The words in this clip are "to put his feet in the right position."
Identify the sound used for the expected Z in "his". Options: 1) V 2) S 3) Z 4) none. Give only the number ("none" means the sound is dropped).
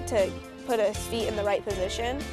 2